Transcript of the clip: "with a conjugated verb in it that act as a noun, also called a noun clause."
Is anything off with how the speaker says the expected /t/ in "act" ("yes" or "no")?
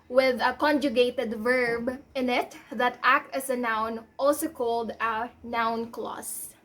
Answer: no